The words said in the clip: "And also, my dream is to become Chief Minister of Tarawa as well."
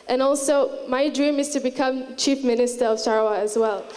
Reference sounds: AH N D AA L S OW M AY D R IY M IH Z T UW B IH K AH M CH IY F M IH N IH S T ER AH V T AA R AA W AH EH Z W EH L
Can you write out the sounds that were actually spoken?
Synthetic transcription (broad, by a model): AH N AA L S OW M AY D R IY M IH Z T UW B IH K AH M CH IY F M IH N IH S T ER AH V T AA R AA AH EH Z W EH L